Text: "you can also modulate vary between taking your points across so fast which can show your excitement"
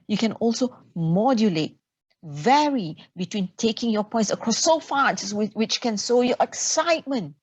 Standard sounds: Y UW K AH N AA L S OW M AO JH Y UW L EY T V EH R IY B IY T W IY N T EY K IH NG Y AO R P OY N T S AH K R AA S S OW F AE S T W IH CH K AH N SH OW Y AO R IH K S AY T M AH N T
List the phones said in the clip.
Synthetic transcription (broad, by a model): Y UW K AH N AA L S OW M AO JH Y UW L EY T V EH R IY B IY T W IY N T EY K IH NG Y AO P OY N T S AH K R AA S S OW F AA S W W IH CH K AH N S OW Y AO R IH K S AY T M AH N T